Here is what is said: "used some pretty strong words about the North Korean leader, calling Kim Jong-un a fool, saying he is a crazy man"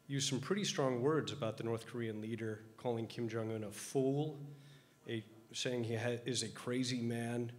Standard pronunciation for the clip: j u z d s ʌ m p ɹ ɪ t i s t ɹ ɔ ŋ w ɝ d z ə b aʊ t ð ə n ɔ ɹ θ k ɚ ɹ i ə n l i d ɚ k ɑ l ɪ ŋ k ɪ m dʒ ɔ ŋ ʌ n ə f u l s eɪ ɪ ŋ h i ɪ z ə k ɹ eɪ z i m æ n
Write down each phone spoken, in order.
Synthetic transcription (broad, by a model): j u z s ʌ m p ɹ ɪ t i s t ɹ ɔ ŋ w ɝ d z ə b aʊ t ð ə n ɔ ɹ θ k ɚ ɹ i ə n l i d ɚ k ɑ l ɪ ŋ k ɪ m dʒ ɔ ŋ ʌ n ə f u l s eɪ ɪ ŋ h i ɪ z ə k ɹ eɪ z i m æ n